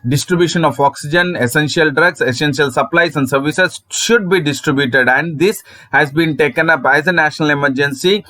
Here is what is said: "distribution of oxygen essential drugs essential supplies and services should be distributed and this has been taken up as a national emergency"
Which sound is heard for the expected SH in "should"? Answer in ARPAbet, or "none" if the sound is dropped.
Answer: SH